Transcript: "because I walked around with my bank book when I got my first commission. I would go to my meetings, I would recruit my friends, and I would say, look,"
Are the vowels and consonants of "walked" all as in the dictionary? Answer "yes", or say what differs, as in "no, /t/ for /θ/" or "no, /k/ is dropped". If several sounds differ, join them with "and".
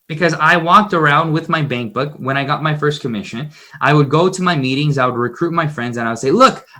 yes